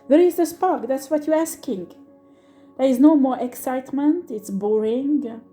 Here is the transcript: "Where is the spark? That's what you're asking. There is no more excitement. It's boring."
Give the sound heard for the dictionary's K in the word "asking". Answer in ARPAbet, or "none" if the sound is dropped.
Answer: K